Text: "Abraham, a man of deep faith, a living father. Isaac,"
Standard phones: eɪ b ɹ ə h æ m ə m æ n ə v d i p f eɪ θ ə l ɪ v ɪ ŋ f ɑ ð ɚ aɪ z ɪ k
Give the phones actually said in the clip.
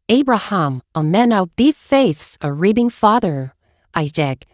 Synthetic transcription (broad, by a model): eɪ b ɹ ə h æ m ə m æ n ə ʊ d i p f eɪ s ə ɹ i b ɪ ŋ f ɑ ð ɚ aɪ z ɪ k